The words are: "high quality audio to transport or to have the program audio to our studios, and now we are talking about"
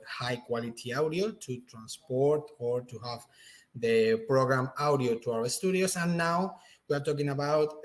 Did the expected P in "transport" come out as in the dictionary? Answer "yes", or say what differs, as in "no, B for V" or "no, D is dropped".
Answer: yes